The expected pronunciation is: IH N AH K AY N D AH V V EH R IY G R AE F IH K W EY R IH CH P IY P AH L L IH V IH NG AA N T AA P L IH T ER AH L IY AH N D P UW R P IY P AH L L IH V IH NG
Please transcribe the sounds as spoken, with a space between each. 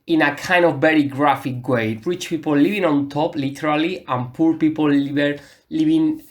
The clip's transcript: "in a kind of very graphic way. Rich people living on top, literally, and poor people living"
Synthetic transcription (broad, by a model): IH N AH K AY N D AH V V EH R IY G R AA F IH K W EY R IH CH P IY P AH L L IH V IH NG AA N T AA P L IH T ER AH L IY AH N P UW R P IY P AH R L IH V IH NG